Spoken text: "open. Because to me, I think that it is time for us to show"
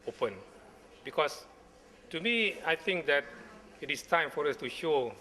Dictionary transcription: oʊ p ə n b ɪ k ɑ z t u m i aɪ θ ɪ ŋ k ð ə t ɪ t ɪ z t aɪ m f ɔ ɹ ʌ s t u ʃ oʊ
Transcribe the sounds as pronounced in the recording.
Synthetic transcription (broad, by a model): oʊ p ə n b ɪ k ɑ s t u m i aɪ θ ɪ ŋ k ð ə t ɪ t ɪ s t aɪ m f ɔ ɹ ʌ s t u ʃ oʊ